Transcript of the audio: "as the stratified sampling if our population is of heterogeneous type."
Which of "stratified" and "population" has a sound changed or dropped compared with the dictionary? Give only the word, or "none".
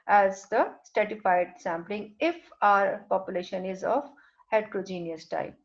stratified